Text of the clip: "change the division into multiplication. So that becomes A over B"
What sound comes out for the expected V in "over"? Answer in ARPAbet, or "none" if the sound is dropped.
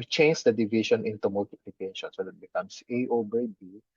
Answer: B